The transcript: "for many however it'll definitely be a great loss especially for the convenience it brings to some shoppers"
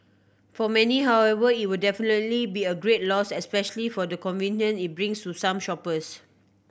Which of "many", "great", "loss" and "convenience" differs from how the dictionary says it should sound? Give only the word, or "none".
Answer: convenience